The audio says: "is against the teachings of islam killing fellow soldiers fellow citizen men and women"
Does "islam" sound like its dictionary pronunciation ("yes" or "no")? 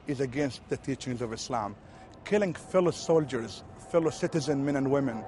yes